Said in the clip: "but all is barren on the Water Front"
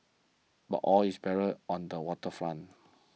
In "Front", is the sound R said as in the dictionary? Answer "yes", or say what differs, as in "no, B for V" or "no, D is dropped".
no, L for R